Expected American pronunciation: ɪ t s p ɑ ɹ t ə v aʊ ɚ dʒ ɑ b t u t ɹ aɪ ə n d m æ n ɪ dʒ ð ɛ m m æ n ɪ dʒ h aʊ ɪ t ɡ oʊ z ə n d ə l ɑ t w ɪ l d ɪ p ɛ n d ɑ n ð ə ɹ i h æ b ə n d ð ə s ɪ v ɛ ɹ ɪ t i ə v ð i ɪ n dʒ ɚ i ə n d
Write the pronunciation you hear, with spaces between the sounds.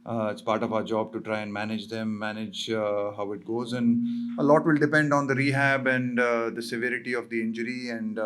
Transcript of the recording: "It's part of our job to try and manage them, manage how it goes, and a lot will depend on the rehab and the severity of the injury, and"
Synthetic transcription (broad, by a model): ɪ t s p ɑ ɹ t ə v aʊ ɚ dʒ ɑ b t u t ɹ aɪ ə n d m æ n ɪ dʒ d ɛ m m æ n ɪ dʒ h aʊ ɪ t ɡ oʊ z ə n d ə l ɑ t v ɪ l d ɪ p ɛ n d ɑ n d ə ɹ i h æ b ə n d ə s ɪ v ɛ ɹ ɪ t i ə v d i ɪ n dʒ ɚ i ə n d